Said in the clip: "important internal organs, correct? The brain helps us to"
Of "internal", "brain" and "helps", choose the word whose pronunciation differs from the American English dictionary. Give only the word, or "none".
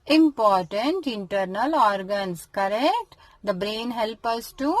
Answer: helps